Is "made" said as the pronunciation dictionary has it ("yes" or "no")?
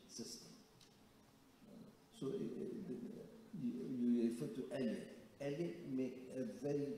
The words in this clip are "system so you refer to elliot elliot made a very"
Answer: no